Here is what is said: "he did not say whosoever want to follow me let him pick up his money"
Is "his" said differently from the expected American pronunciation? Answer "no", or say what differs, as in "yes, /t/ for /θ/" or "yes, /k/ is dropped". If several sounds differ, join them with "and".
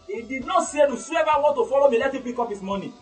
yes, /s/ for /z/